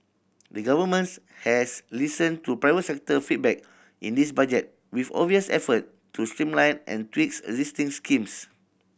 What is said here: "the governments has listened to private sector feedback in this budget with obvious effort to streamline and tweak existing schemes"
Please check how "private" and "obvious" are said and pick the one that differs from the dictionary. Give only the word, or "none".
obvious